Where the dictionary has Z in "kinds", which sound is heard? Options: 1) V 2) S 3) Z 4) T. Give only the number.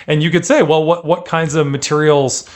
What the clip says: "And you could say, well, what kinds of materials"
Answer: 3